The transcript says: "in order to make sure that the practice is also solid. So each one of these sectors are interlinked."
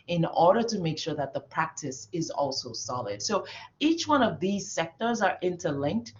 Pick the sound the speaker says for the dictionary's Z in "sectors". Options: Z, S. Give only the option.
Z